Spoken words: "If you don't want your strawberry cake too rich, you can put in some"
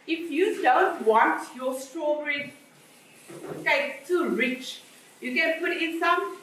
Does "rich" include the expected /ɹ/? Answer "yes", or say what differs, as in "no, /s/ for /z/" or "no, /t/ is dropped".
yes